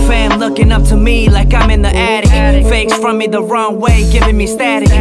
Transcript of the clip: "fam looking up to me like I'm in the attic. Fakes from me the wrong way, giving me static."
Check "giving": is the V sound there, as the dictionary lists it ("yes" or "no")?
yes